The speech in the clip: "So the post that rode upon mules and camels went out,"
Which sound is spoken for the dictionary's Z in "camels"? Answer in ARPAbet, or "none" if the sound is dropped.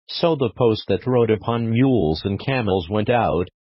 Z